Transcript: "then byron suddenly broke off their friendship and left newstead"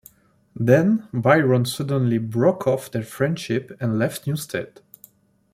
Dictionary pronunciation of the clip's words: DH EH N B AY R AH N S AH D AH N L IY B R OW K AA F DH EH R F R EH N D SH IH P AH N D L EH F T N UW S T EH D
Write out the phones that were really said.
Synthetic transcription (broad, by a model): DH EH N B AY R AH N S AH D AH N L IY B R OW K AA F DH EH R F R EH N D SH IH P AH N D L EH F T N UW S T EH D